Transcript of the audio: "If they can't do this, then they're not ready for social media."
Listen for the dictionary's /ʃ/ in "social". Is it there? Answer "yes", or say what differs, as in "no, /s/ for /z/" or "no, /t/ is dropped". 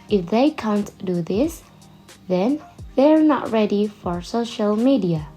yes